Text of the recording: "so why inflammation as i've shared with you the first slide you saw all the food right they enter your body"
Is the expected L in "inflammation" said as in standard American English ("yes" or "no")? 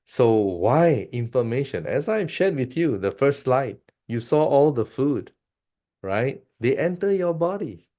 no